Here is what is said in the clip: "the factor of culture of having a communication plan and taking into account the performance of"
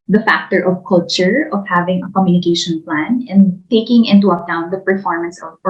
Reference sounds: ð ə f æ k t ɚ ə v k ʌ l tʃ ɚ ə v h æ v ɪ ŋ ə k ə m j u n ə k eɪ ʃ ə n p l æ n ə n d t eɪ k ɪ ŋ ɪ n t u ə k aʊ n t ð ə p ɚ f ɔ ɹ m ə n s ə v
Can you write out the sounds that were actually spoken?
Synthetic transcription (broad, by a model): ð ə f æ k t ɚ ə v k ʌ l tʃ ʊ ə v h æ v ɪ ŋ ə k ə m j u n ə k eɪ ʃ ə n p l æ n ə n t eɪ k ɪ ŋ ɪ n t u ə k aʊ n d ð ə p ɚ f ɔ ɹ m ə n s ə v